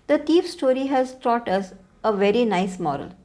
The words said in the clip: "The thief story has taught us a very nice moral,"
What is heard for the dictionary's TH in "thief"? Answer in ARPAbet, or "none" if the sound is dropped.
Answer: T